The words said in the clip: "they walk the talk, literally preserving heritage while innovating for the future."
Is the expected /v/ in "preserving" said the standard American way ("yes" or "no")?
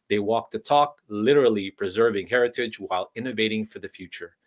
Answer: yes